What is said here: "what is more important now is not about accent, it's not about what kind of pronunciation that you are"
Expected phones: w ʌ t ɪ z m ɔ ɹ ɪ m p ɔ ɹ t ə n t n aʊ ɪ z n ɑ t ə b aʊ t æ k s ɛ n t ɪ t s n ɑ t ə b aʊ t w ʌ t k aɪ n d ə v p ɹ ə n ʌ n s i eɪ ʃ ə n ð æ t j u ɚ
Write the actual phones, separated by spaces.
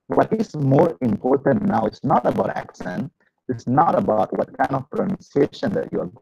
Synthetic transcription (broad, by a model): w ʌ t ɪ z m ɔ ɹ ɪ m p ɔ ɹ t ə n t n aʊ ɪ s n ɑ t ə b aʊ t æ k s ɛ n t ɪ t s n ɑ t ə b aʊ t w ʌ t k aɪ n d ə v p ɹ ə n ʌ n s i eɪ ʃ ə n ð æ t j u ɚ